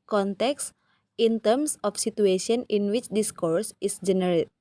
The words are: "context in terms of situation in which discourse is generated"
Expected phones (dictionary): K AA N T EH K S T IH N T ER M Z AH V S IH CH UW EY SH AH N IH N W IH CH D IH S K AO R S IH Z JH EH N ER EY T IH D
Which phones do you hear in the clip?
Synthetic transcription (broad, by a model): K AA N T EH K S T IH N T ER M S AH F S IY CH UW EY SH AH N IH N W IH CH D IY S K AO R S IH S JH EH N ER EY T